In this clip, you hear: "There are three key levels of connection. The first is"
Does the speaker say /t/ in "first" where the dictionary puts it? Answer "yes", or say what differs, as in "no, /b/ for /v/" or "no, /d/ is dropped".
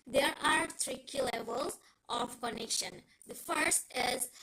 yes